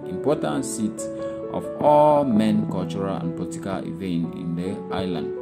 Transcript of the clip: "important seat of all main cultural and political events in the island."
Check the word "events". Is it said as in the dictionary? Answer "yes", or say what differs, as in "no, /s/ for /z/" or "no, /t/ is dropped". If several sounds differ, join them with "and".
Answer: no, /s/ is dropped